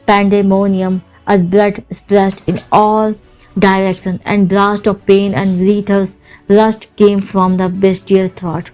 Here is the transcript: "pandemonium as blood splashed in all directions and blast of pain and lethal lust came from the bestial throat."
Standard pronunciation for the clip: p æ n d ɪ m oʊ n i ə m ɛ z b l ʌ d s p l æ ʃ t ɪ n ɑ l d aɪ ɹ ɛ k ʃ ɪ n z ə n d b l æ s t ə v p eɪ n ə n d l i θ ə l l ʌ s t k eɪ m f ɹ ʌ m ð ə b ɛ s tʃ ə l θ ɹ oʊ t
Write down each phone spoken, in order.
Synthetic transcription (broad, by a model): p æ n d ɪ m oʊ n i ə m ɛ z b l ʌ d s p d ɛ s t ɪ n ɑ l d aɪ ɹ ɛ k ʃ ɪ n ə n d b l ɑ s t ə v p eɪ n ə n d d i t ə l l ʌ s t k eɪ m f ɹ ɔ m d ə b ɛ s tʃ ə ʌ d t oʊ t